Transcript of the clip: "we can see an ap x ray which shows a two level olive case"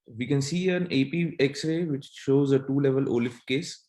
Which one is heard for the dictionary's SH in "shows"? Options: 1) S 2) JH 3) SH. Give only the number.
3